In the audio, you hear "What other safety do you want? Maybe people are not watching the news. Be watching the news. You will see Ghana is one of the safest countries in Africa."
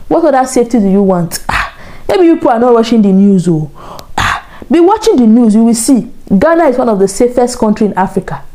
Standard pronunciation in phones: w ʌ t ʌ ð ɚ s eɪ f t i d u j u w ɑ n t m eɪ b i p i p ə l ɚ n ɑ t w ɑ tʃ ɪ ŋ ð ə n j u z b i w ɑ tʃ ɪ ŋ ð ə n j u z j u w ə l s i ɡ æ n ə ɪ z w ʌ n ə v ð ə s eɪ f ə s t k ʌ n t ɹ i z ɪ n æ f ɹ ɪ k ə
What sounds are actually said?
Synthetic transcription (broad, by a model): w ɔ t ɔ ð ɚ s eɪ f t i d u j u w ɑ n t m eɪ b i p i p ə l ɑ n ɑ t w ɑ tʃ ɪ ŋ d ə n j u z b i w ɑ tʃ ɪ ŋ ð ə n j u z j u w ə l s i ɡ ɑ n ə ɪ z w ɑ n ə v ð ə s eɪ f ə s t k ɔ n t ɹ i ɪ n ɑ f ɹ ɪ k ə